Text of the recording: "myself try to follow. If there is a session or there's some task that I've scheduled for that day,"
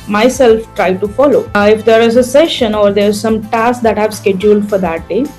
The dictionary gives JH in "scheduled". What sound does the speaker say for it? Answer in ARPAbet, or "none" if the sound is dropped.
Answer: JH